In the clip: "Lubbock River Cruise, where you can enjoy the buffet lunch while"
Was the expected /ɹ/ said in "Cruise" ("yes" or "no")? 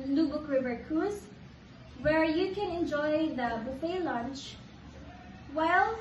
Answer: no